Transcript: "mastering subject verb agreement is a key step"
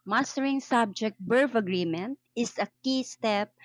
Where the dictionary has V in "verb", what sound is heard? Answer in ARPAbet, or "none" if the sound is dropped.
B